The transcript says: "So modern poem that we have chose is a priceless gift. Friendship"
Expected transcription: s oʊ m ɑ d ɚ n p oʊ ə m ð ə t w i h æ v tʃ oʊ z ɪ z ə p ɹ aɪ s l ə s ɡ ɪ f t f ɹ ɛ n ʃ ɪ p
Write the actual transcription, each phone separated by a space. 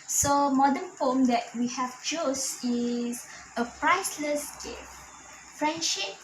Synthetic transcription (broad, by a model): s oʊ m ɑ d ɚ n f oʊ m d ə t w i h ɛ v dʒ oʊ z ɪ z ə p ɹ aɪ s l ə s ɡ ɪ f f ɹ ɛ n ʃ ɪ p